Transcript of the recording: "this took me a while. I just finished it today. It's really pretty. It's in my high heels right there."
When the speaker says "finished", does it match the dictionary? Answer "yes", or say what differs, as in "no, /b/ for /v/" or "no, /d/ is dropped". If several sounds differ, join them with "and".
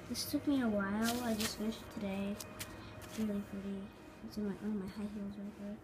no, /t/ is dropped